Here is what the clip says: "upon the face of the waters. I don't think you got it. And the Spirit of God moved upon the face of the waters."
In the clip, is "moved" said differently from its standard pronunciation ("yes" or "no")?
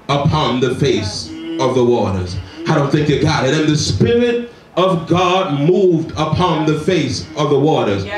no